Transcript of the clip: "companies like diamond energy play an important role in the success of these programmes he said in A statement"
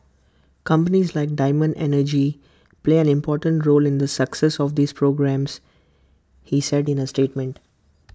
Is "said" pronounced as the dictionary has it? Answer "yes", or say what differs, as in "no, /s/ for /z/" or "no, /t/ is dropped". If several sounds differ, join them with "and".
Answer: yes